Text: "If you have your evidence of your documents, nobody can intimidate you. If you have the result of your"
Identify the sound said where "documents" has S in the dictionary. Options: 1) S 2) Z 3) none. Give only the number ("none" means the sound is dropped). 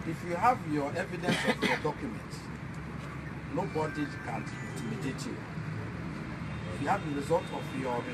3